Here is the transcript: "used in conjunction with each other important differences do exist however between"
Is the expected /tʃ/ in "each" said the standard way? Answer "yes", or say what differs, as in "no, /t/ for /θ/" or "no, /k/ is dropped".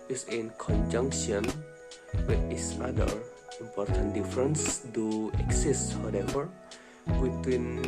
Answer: no, /s/ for /tʃ/